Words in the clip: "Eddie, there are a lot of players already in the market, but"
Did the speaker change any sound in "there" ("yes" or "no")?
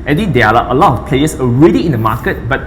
yes